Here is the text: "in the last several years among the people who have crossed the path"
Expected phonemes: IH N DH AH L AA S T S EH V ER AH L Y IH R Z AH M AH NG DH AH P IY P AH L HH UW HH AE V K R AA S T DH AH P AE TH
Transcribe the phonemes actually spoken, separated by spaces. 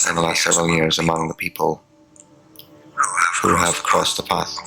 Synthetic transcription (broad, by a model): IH N DH AH L AA S T S EH V ER AH L Y IH R Z AH M AH NG DH AH P IY P AH L HH UW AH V K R AA S DH AH P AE TH